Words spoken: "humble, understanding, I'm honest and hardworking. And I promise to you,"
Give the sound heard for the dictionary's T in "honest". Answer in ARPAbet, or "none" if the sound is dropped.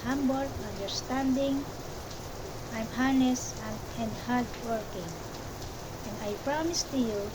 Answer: none